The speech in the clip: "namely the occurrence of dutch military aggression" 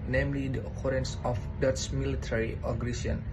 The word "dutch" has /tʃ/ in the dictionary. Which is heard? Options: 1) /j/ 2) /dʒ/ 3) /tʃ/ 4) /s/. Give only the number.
4